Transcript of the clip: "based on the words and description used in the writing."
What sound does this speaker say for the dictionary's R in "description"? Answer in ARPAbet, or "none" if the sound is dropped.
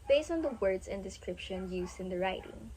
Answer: R